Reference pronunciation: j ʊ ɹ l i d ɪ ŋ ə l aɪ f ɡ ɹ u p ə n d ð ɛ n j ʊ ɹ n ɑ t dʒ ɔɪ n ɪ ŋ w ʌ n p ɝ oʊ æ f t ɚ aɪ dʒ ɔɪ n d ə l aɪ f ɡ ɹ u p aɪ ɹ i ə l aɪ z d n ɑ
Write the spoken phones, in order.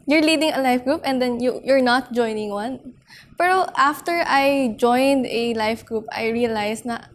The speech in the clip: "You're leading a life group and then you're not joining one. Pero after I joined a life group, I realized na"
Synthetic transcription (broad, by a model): j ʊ ɹ l i d ɪ ŋ ə l aɪ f ɡ ɹ u p ə n d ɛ n j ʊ ɹ n ɑ t dʒ ɔɪ n ɪ ŋ w ʌ n p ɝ oʊ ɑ f t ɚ aɪ dʒ ɔɪ n d ə l aɪ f ɡ ɹ u p aɪ ɹ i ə l aɪ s n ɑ